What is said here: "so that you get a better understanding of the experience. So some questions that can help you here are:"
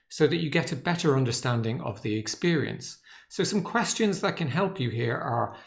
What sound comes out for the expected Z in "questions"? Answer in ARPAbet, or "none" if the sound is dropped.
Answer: Z